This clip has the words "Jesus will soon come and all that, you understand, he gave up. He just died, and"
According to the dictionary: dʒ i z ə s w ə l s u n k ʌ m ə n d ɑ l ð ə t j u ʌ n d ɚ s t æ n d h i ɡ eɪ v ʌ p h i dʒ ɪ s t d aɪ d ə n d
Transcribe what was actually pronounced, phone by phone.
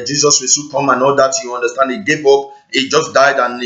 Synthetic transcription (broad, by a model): dʒ i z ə s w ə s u k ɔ m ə n ɑ l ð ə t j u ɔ n d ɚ s t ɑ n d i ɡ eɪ p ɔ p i dʒ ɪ s d aɪ d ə n